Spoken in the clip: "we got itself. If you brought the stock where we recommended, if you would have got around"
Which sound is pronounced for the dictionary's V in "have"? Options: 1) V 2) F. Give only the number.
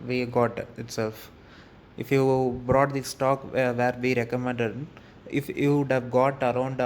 1